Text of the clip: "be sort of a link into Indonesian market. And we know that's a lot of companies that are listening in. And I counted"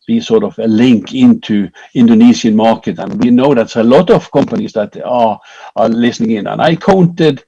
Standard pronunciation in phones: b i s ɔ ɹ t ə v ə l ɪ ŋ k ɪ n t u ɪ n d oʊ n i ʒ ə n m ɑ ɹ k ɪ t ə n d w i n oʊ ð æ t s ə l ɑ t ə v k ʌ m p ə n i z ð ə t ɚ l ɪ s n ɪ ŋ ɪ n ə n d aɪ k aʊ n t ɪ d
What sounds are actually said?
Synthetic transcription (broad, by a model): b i s ɔ ɹ t ə v ə l ɪ ŋ k ɪ n t u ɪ n d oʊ n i s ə n m ɑ ɹ k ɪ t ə n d w i n oʊ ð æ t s ə l ɑ t ə v k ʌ m p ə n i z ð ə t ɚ l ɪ s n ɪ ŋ ɪ n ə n aɪ k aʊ n t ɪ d